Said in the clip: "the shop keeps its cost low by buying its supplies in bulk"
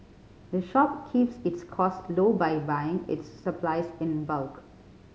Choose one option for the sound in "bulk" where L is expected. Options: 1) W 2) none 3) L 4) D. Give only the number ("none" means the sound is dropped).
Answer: 3